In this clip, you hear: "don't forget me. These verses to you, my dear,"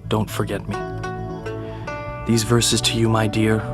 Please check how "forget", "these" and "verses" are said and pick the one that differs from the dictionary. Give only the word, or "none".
none